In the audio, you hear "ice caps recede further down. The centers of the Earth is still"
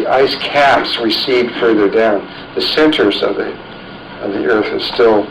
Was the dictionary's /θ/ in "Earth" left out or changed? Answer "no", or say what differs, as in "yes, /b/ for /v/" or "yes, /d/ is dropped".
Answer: no